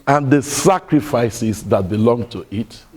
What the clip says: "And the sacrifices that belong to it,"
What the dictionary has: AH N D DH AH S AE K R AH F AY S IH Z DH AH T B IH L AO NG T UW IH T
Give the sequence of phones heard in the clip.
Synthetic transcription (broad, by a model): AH N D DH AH S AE K R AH F AY S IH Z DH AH T B IH L AO NG T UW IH T